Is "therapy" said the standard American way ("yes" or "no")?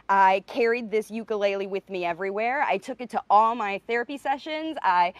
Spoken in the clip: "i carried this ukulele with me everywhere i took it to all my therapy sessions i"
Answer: yes